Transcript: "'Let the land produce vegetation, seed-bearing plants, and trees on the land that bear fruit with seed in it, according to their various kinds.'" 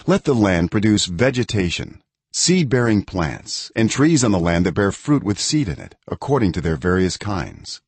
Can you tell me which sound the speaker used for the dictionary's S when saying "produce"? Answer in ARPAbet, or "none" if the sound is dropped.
S